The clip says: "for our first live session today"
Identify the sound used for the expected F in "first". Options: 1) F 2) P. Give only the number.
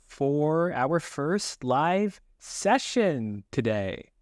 1